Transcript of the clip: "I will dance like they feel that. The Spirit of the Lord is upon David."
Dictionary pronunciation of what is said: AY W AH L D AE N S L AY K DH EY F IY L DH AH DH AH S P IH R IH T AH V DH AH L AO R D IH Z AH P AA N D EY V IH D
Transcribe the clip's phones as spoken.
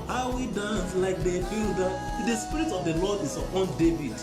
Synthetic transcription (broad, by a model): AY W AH D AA N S L AY K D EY F IY L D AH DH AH S P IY R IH T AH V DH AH L AO D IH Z AH P AA N D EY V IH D